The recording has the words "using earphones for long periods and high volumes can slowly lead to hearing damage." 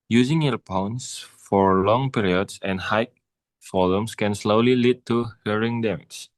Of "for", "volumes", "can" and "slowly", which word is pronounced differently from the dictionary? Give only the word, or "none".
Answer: volumes